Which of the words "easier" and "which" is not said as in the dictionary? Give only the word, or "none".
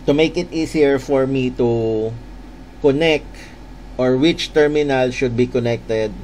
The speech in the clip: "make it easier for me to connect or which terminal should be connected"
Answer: easier